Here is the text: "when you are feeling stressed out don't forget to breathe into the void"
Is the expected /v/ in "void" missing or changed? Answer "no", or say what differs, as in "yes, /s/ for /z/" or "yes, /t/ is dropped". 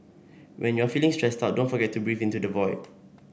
no